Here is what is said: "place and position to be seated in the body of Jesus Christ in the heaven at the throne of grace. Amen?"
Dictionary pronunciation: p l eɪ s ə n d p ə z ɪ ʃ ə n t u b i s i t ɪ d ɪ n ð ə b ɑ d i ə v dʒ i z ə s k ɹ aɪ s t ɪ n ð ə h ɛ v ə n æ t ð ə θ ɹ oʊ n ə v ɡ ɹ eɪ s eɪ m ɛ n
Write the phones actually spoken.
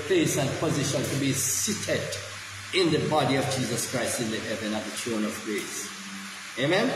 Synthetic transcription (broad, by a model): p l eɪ s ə n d p ə z ɪ ʃ ə n t u b i s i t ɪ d ɪ n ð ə b ɑ d i ə v dʒ i z ə s k ɹ aɪ s t ɪ n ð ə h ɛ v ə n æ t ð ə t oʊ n ə v ɡ ɹ eɪ s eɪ m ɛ n